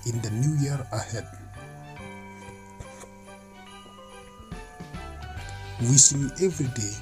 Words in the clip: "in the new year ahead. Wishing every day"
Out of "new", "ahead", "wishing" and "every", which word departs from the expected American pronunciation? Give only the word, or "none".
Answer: wishing